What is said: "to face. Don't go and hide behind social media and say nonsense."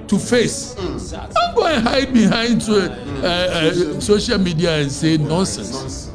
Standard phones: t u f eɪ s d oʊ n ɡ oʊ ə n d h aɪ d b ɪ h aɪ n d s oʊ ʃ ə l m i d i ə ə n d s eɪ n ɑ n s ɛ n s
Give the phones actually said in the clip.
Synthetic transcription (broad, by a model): t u f eɪ s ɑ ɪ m ɡ oʊ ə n h aɪ d b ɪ h aɪ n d s oʊ ʃ ə l m i d i ə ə n s eɪ n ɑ n s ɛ n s